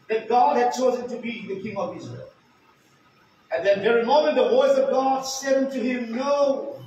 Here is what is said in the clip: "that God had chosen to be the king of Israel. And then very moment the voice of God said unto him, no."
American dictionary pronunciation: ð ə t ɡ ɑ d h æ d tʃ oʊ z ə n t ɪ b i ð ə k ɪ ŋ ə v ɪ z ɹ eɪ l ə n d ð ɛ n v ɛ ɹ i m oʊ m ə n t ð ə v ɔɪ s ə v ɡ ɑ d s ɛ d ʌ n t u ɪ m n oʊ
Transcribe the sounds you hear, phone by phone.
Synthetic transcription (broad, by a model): ð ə t ɡ ɑ d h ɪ d tʃ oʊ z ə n t ɪ b i ð ə k ɪ ŋ ə v ɪ z ɹ eɪ l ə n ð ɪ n v ɛ ɹ i m oʊ m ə n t ð ə v ɔɪ s ə v ɡ ɑ d s ɛ d ʌ n t u ɪ m n oʊ